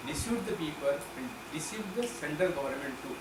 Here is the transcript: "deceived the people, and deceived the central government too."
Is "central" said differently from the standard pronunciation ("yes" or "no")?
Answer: yes